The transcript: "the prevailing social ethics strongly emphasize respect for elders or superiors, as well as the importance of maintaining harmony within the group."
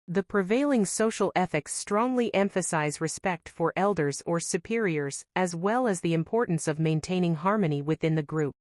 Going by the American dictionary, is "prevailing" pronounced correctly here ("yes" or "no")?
yes